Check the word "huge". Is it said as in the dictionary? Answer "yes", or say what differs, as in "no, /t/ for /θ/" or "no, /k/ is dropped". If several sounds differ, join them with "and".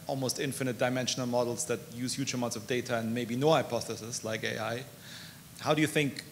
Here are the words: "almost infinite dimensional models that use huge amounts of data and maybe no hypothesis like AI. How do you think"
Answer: no, /tʃ/ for /dʒ/